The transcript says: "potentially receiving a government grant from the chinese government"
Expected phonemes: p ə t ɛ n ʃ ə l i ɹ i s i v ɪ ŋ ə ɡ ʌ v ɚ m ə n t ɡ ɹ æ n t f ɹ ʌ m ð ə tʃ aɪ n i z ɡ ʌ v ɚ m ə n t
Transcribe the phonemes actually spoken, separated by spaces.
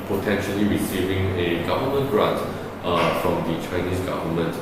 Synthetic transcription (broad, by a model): p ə t ɛ n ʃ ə l i ɹ i s i v ɪ ŋ ə ɡ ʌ v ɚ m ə n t ɹ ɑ t f ɹ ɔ m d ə tʃ aɪ n i s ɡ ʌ v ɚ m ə n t